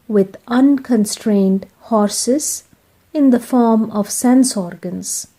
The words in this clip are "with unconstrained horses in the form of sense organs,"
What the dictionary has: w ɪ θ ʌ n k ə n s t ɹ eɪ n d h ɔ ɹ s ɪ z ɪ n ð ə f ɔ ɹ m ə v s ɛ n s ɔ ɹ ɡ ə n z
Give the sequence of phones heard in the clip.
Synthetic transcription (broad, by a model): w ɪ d ʌ n k ə n s t ɹ eɪ n d h ɔ ɹ s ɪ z ɪ n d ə f ɔ ɹ m ə v s ɛ n s ɔ ɹ ɡ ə n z